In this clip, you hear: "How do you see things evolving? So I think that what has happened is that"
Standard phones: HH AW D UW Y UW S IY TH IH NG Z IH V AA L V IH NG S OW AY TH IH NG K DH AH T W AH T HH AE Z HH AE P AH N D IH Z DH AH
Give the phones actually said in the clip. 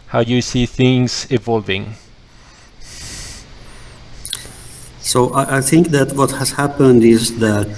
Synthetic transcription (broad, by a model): HH AW Y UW S IY TH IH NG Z IH V AA L V IH NG S OW AY TH IH NG K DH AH T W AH T HH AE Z HH AE P AH N D IH Z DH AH